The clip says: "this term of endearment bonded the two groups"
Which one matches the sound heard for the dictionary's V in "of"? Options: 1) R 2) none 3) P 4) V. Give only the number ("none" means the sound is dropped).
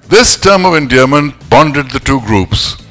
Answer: 4